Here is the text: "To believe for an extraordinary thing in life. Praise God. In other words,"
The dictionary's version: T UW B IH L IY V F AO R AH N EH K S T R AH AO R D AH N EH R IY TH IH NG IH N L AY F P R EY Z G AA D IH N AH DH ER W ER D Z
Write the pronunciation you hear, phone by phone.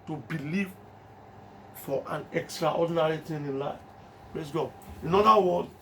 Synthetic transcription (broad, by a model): T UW B IH L IY V F AO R AH N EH K S T R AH AO D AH N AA R IY T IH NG IH N L AY F P R EY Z G AA D IH N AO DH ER W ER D